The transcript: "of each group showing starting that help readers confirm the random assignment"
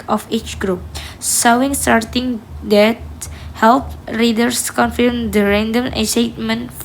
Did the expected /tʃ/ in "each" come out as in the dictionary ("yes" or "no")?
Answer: yes